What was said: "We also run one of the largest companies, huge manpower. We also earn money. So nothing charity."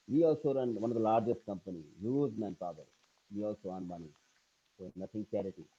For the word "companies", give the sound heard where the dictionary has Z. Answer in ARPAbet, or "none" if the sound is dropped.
none